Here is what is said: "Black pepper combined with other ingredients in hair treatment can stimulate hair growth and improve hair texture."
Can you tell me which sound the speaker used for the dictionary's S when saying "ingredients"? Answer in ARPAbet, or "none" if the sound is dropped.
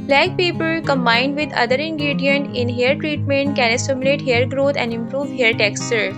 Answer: none